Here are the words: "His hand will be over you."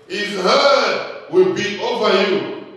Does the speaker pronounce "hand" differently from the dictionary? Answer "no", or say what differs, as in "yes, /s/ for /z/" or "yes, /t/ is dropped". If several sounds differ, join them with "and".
yes, /n/ is dropped